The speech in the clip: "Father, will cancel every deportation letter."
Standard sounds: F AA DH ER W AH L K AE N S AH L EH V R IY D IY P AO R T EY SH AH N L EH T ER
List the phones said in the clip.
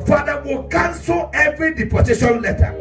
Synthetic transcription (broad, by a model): F AA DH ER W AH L K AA N S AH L EH V R IY D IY P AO T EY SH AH N L EH T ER